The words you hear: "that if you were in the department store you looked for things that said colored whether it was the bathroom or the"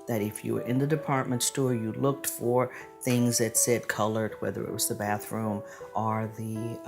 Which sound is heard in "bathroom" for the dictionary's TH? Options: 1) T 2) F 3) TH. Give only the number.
3